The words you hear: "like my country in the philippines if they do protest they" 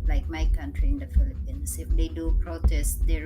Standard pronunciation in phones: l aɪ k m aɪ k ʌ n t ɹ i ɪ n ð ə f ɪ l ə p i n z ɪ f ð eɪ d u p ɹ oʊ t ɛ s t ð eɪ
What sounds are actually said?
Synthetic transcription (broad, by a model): l aɪ k m aɪ k ʌ n t ɹ i ɪ n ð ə f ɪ l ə p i n s ɪ f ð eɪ d u p ɹ oʊ t ɛ s t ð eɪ